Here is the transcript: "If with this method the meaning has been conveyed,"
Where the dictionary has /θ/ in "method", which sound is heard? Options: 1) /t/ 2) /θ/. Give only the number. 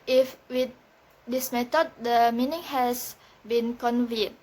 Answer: 1